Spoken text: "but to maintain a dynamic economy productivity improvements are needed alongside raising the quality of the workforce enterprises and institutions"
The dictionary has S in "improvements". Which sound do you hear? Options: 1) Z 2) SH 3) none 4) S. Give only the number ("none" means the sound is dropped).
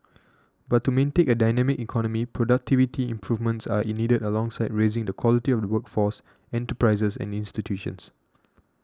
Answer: 4